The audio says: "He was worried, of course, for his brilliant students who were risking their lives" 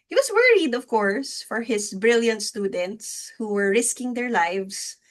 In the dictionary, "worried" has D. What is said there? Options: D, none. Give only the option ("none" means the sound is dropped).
D